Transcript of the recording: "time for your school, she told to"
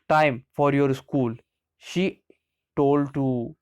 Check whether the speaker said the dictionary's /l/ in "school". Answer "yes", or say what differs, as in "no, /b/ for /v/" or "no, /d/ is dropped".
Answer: yes